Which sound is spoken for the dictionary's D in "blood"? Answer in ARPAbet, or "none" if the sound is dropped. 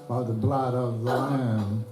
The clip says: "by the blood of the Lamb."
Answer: D